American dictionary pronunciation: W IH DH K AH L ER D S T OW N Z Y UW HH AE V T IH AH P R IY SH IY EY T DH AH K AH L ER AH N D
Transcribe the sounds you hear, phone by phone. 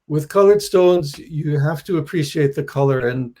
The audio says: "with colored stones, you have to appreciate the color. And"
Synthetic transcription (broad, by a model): W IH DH K AH L ER D S T OW N Z Y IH HH AE F T IH AH P R IY SH IY EY T DH AH K AH L ER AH N